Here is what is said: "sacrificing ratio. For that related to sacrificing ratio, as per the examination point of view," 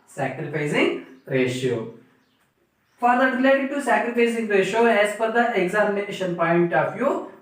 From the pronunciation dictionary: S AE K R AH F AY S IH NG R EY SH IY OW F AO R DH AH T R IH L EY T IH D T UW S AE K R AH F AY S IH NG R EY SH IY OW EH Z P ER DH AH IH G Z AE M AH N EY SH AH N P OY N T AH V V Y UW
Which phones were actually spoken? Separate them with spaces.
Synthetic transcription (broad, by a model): S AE K R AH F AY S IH NG R EY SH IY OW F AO R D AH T R IH L EY T IH D T UW S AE K R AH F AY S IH NG R EY SH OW EH Z F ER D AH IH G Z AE M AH N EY SH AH N P OY N T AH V Y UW